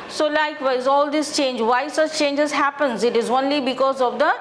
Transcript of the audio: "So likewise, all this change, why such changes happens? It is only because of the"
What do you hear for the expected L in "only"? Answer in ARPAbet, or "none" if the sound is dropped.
L